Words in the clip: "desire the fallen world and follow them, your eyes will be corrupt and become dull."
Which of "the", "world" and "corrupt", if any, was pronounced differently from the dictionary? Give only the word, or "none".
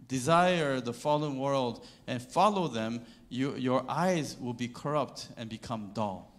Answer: none